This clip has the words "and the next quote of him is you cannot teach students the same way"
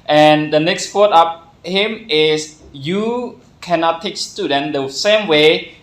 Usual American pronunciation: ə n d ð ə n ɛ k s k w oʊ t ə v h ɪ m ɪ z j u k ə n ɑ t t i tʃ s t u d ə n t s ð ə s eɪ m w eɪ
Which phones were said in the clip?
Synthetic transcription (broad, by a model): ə n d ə n ɛ k s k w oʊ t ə p h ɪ m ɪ s j u k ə n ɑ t t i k s t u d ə n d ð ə s eɪ m w eɪ